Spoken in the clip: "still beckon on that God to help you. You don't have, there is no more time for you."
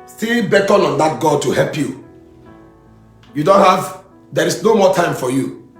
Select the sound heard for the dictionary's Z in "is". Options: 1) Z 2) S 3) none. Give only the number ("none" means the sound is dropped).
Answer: 2